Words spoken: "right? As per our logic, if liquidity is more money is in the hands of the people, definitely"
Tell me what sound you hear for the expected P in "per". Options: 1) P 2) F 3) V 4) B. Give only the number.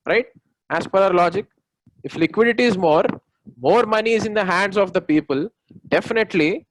1